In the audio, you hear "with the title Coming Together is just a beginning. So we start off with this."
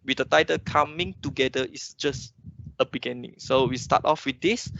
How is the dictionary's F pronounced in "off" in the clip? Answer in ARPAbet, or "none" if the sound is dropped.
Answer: F